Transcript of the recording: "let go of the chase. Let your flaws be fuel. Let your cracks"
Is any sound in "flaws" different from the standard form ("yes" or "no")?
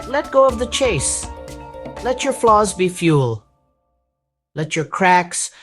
no